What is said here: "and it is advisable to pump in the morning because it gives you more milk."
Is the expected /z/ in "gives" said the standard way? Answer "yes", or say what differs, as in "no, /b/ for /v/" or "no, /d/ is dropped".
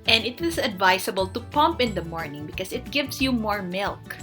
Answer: no, /s/ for /z/